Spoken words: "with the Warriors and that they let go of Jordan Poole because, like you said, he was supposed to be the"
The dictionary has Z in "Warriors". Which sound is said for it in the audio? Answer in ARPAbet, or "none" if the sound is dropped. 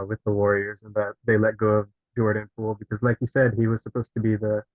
Z